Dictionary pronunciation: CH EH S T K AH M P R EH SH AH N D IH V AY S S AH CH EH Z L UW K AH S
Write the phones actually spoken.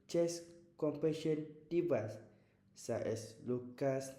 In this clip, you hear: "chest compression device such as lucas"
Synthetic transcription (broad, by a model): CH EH S K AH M P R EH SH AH N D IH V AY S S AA EH S L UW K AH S